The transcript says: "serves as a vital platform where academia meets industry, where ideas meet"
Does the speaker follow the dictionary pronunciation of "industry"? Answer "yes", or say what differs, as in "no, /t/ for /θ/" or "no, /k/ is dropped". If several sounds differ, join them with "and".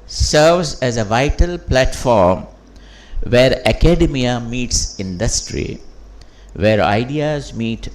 yes